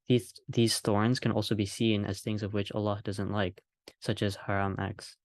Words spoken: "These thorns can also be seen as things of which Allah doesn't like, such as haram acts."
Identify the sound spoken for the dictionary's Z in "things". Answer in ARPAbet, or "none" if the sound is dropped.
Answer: Z